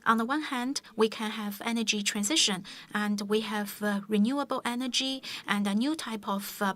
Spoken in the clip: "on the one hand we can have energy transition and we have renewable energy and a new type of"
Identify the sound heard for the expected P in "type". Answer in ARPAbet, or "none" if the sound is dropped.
P